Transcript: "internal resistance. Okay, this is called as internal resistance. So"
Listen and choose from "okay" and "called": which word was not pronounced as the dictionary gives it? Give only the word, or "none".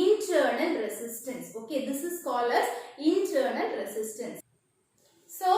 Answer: called